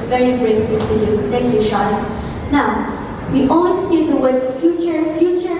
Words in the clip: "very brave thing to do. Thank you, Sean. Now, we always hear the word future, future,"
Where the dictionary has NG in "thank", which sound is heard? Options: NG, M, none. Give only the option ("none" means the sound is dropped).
none